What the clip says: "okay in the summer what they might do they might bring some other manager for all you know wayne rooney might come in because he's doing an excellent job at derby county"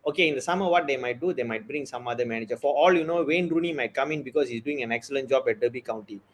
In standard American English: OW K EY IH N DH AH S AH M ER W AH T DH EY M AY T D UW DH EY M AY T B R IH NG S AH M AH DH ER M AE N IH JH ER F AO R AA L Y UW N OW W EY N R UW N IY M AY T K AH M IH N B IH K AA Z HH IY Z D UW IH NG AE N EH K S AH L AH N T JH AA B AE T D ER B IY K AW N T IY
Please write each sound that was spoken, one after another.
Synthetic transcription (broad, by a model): OW K EY IH N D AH S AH M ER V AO T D EY M AY T D UW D EY M AY T B R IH NG S AH M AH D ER M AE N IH JH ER F AO R AA L Y UW N OW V EY N R UW N IY M AY T K AH M IH N B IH K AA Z HH IY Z D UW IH NG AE N EH K S AH L AH N T JH AA B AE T D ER B IY K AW N T IY